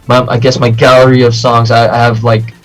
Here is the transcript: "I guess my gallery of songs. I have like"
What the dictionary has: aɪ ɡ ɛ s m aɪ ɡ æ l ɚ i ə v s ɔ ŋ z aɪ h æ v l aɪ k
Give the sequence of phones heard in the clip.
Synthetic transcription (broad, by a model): aɪ ɡ ɛ s m aɪ ɡ æ l ɚ i ə v s ɔ ŋ z aɪ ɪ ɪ v l aɪ k